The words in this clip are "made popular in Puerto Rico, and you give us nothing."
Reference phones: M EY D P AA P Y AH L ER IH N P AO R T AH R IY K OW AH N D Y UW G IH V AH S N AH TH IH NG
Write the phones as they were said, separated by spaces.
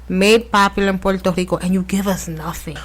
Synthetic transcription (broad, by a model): M EY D P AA P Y L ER IH N P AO L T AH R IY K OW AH N Y UW G IH V AH S N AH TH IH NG